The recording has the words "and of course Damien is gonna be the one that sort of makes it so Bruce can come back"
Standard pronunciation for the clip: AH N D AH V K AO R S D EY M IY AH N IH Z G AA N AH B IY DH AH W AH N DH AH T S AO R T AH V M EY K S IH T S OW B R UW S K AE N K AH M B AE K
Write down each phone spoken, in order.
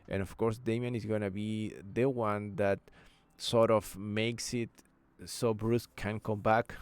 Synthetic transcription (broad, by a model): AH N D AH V K AO R S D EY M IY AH N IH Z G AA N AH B IY DH AH W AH N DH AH T S AO R T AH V M EY K S IH T S OW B R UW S K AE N K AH M B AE K